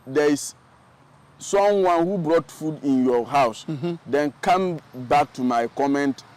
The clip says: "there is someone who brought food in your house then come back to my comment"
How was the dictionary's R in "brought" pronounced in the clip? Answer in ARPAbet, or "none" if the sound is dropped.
R